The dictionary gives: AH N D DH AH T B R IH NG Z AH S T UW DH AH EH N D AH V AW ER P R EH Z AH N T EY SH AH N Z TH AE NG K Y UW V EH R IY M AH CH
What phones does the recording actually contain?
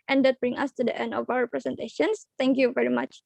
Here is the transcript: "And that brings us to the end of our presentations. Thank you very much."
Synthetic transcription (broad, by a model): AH N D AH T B R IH NG AH S T UW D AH EH N D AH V AW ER P R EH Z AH N T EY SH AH N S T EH NG K Y UW V EH R IY M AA CH